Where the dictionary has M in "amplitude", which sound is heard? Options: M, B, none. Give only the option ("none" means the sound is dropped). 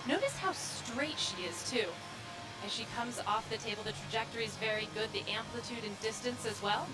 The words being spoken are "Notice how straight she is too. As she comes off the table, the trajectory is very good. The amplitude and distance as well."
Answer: M